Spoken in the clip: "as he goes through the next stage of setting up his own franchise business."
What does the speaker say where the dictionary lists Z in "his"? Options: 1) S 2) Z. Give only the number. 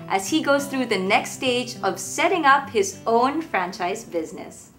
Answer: 2